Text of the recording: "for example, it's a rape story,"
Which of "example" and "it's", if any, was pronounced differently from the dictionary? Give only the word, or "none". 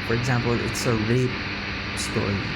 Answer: none